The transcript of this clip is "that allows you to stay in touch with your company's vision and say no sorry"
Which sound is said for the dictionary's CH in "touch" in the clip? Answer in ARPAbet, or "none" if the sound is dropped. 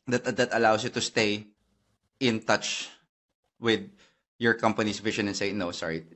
CH